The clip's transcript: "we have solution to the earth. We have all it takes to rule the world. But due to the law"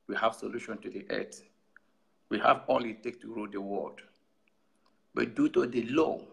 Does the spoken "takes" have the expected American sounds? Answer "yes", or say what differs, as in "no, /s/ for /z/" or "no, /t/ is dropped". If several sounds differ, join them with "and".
no, /s/ is dropped